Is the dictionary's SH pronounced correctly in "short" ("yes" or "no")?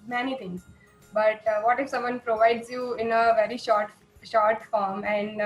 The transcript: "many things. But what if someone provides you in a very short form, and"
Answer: yes